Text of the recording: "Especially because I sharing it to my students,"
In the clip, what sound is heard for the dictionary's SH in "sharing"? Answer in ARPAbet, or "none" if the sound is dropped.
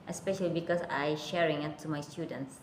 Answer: SH